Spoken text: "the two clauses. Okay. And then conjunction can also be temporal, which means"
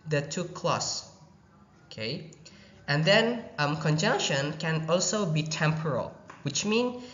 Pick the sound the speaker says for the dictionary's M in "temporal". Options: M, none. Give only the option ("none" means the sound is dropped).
M